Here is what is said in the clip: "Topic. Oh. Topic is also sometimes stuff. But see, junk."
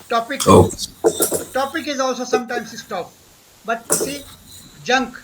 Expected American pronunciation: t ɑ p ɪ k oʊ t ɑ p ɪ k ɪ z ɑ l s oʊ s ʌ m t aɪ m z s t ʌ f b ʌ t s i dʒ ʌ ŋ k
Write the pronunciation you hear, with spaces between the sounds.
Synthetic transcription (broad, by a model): t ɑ p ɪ k oʊ t ɑ p ɪ k ɪ z ɑ l s oʊ s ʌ m t aɪ m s s t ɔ p b ʌ t s i dʒ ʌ ŋ k